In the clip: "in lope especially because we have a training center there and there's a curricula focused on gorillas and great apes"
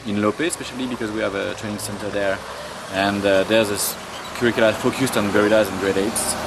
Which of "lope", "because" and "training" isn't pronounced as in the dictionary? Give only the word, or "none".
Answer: none